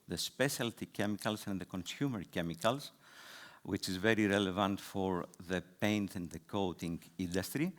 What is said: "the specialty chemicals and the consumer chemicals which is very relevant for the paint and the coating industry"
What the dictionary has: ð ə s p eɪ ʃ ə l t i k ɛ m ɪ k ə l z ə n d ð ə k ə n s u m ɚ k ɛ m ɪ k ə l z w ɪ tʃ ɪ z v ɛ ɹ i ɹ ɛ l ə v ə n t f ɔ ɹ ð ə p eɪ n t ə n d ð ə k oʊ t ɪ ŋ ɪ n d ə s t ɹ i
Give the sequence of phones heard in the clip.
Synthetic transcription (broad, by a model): ð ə s p eɪ ʃ ə l t i k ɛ m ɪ k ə l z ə n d ð ə k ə n s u m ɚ k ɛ m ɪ k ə l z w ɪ tʃ ɪ z v ɛ ɹ i ɹ ɛ l ə v ə n t f ɔ ɹ ð ə p eɪ n t ə n d ð ə k oʊ t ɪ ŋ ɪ n d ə s t ɹ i